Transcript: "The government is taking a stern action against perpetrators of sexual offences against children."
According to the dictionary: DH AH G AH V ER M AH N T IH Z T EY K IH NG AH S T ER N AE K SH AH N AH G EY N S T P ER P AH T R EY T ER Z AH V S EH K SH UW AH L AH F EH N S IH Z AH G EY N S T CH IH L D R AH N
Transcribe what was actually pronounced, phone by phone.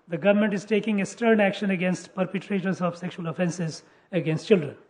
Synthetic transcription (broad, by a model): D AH G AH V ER M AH N T IH Z T EY K IH NG AH S T ER N AE K SH AH N AH G EY N S T P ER P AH T R EY T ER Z AH V S EH K SH UW AH L AH F EH N S IH Z AH G EY N S T CH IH L D R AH N